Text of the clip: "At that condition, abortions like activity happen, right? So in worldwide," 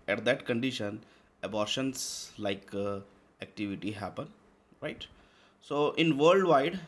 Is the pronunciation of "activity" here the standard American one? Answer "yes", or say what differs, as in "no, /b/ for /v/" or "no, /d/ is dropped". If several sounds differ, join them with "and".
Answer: yes